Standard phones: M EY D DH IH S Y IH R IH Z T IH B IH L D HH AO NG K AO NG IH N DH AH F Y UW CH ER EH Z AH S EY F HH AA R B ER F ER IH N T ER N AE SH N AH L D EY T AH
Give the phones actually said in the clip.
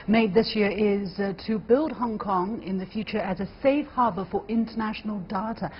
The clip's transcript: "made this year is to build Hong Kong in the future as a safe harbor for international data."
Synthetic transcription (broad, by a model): M EY D DH IH S Y IH R IH Z T IH B IH L D HH AO NG K AO NG IH N DH AH F Y UW CH ER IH Z AH S EY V HH AA R B ER F ER IH N T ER N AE SH N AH L D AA T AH